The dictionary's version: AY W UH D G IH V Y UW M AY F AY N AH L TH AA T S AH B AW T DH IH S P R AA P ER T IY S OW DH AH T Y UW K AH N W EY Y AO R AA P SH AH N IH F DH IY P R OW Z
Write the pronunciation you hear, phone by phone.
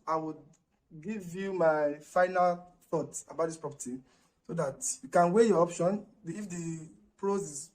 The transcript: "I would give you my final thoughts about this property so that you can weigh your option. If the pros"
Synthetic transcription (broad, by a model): AY W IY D G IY V Y UW M AY F AY N AH L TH AA T AH B AW T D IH S P R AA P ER T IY S OW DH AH T Y UW K AH N W EY Y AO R AA P SH AH N IH F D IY P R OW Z